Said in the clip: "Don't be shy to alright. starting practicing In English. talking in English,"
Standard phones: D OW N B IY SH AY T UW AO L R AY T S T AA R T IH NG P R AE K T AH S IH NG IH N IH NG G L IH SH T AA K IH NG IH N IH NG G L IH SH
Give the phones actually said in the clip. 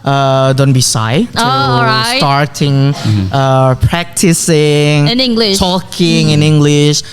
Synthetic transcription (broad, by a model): D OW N B IY S AY T UW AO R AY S T AA R T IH NG P R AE K T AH S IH NG IH N IH NG G L IH SH T AA K IH NG IH N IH NG G L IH SH